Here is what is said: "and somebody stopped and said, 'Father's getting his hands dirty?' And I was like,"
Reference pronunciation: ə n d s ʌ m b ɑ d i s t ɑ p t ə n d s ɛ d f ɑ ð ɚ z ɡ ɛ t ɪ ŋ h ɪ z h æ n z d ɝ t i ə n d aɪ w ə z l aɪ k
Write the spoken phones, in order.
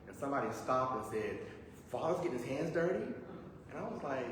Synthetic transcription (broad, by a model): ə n s ʌ m b ɑ d i s t ɑ p t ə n s ɛ d f ɑ ð ɚ z ɡ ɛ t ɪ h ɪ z h æ n z d ɝ t i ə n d aɪ w ə z l aɪ k